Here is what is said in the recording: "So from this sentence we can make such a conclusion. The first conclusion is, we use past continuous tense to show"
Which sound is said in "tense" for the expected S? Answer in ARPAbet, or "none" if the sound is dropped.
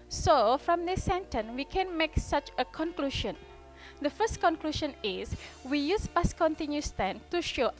none